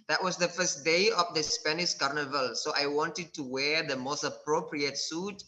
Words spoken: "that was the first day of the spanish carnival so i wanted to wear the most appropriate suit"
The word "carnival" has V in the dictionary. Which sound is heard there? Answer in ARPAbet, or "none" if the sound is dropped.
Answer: V